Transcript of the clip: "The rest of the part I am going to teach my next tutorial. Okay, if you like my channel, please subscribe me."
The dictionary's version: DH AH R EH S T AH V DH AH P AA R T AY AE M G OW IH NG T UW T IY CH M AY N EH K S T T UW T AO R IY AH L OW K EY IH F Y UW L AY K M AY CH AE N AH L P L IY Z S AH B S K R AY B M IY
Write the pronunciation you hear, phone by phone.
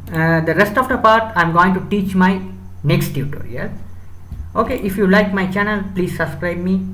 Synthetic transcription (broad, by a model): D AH R EH S T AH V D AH P AA R T AY M G OW IH NG T UW T IY CH M AY N EH K S T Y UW T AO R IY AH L OW K EY IH F Y UW L AY K M AY CH AE N AH L P L IY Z S AH B S K R AY B M IY